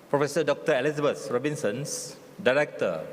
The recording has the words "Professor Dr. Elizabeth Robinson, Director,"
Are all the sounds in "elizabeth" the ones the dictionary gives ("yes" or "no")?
no